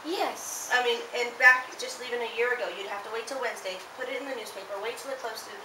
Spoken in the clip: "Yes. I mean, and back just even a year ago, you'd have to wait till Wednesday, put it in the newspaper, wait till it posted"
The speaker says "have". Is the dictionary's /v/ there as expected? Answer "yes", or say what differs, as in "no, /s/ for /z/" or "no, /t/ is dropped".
no, /f/ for /v/